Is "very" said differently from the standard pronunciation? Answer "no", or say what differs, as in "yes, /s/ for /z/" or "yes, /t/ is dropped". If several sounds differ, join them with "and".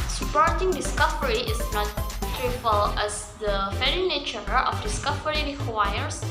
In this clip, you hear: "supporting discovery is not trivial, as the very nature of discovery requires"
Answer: yes, /f/ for /v/